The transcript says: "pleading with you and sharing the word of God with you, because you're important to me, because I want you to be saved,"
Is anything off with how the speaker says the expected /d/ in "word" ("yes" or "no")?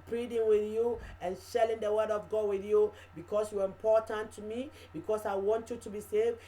no